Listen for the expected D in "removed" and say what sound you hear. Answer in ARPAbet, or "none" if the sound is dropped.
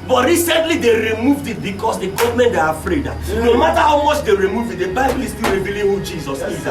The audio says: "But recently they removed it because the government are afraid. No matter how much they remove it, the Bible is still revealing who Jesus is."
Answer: D